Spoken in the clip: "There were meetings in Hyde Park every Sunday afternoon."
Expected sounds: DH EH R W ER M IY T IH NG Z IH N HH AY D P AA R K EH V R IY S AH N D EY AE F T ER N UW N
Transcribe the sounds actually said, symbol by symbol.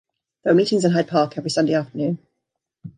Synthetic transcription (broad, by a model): DH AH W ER M IY T IH NG Z IH N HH AY D P AA K EH V R IY S AH N D EY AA F T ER N UW N